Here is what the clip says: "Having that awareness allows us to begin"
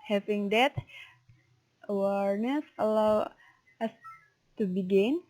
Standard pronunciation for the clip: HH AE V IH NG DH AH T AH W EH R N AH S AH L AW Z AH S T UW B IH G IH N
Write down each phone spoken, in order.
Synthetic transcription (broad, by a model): HH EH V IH NG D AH T AH W EH R N AH S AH L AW AH S T UW B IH G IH N